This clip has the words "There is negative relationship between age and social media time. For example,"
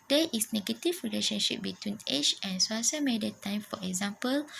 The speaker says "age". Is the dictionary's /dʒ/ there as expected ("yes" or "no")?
no